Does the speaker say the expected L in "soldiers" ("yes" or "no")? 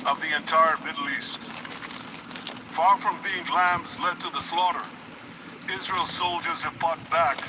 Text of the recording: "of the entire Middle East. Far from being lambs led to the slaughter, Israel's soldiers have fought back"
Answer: yes